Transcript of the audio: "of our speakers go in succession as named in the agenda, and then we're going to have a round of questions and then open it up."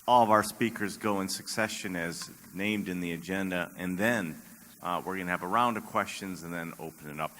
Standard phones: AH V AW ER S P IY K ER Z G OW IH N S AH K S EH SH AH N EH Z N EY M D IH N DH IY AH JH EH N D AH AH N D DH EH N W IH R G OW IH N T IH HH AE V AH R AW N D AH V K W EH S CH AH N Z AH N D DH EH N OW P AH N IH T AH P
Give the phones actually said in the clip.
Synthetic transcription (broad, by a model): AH V AW ER S P IY K ER Z G OW IH N S AH K S EH SH AH N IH Z N EY M D IH N DH IY AH JH EH N D AH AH N DH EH N W IH R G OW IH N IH V AH R AW N D AH V K W EH S CH AH N Z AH N DH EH N OW P AH N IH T AH P